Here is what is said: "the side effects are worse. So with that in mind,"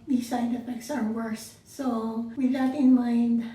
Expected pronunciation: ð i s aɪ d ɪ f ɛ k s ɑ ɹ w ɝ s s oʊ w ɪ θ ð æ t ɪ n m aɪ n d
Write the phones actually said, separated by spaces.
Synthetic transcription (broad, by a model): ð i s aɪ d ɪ p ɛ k s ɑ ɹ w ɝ s s oʊ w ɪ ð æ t ɪ n m aɪ n d